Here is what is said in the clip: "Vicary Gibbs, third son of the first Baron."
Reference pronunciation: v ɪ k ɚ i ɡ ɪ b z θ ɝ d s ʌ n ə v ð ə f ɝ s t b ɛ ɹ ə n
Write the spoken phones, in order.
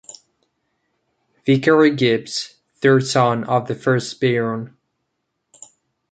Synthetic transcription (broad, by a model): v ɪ k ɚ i ɡ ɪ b s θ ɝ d s ʌ n ə v ð ə f ɝ s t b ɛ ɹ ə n